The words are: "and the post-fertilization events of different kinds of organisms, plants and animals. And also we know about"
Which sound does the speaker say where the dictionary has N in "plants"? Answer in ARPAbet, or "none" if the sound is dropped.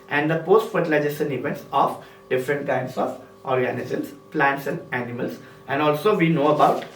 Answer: N